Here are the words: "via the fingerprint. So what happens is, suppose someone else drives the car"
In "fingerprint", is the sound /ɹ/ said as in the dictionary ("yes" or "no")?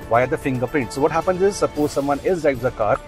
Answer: no